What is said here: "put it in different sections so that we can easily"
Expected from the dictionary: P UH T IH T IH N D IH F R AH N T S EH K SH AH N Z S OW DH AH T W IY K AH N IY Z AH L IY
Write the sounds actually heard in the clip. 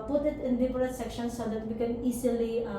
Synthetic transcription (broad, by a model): P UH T IH T IH N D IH P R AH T S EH K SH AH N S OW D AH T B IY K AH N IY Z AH L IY